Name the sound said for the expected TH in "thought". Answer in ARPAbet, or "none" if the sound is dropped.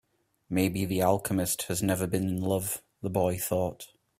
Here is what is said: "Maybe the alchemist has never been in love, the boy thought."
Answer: TH